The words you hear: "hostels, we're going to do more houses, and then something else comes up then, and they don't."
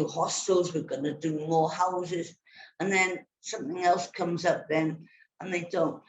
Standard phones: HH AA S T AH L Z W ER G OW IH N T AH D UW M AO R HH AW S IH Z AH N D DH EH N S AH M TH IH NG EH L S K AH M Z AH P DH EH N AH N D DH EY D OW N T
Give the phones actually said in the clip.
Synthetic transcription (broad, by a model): HH AA S T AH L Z W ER G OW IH N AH D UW M AO HH AW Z IH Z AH N DH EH N S AH M TH IH NG EH L S K AH M Z AH P DH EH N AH N DH EY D OW N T